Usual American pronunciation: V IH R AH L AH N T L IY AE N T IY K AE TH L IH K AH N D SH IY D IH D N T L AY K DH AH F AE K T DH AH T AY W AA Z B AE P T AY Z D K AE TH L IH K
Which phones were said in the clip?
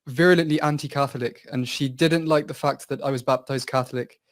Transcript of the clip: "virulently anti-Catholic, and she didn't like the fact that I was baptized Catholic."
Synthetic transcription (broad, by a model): V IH R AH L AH N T L IY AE N T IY K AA TH L IH K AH N SH IY D IH D N T L AY K DH AH F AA K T DH AH T AY W AA Z B AE P T AY Z D K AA TH L IH K